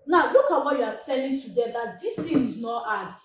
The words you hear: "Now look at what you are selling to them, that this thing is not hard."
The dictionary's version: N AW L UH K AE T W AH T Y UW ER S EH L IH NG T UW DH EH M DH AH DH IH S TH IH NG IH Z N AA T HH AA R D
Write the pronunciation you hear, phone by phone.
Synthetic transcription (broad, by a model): N AW L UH K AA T W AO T Y UW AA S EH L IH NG T UW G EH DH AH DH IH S T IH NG IH Z N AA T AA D